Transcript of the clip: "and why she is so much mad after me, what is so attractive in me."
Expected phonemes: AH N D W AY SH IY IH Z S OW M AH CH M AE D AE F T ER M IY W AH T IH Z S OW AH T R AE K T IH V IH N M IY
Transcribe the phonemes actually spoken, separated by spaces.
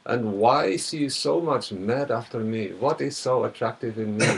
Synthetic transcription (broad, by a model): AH N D W AY S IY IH S OW M AH CH M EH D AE F T ER M IY W AH T IH Z S OW AH T R AE K T IH V IH N M IY